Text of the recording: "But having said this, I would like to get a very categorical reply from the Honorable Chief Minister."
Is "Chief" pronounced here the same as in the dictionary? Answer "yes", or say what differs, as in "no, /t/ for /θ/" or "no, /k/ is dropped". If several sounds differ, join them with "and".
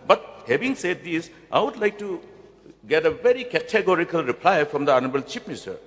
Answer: no, /p/ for /f/